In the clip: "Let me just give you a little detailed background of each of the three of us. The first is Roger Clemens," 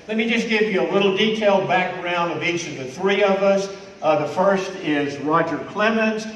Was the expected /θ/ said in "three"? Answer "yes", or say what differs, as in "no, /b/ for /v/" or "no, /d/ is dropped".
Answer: yes